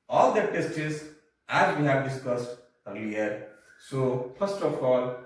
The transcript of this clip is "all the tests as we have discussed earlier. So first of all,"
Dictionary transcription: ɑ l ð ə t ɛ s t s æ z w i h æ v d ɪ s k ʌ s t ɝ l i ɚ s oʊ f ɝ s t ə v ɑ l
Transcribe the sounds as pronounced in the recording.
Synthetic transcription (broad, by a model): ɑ l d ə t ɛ s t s æ z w i h æ v d ɪ s k ʌ s t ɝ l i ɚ s oʊ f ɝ s t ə f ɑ l